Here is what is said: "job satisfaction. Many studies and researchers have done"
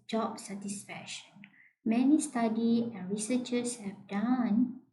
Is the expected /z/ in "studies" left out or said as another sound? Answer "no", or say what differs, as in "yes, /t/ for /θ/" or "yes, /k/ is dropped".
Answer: yes, /z/ is dropped